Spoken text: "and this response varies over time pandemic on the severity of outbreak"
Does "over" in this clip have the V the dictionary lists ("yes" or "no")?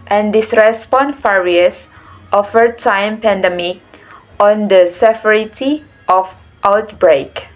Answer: no